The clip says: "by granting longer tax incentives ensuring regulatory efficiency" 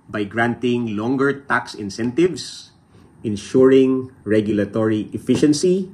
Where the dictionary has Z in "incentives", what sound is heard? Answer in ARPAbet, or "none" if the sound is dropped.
S